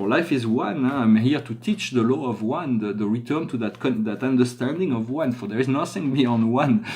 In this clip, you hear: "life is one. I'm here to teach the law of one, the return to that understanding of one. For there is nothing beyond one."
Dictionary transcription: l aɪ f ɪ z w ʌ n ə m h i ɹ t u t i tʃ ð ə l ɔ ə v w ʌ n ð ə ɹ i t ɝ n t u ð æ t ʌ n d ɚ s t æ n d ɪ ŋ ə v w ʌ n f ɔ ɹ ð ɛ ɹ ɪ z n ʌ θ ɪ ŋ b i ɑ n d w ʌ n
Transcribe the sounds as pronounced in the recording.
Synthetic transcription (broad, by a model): l aɪ f ɪ z w ʌ n ə m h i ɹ t u t i tʃ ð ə l ɔ ə v w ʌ n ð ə ɹ i t ɝ n t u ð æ t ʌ n d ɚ s t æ n d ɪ ŋ ə v w ʌ n f ɔ ɹ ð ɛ ɹ ɪ z n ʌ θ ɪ ŋ b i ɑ n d w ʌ n